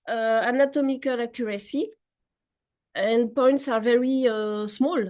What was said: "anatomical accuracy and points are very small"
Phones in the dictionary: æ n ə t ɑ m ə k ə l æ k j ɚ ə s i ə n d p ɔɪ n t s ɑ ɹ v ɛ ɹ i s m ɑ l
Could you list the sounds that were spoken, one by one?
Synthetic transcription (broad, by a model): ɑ n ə t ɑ m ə k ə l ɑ k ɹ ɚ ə s i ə n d p ɔɪ n t s ɑ ɹ v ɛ ɹ i s m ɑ l